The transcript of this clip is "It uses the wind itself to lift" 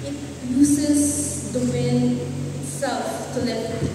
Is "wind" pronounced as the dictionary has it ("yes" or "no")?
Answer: no